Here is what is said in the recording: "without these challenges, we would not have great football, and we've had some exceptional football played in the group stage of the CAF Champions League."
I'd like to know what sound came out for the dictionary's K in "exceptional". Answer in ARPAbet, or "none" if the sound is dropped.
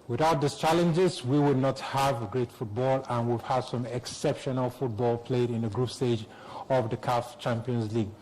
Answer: K